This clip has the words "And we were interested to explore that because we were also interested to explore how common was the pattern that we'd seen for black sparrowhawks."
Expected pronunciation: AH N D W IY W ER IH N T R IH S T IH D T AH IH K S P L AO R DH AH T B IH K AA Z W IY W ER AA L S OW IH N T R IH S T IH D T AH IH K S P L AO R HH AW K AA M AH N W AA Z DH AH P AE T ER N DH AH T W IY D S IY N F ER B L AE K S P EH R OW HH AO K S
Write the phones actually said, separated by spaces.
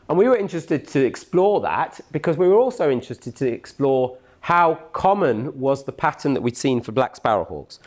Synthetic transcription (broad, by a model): AH N W IY W ER IH N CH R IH S T IH D T AH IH K S P L AO DH AH T B IH K AA Z W IY W ER AA L S OW IH N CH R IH S T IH D T AH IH K S P L AO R HH AW K AA M AH N W AA Z DH AH P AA T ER N DH AH T W IY D S IY N F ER B L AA K S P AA R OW HH AO K S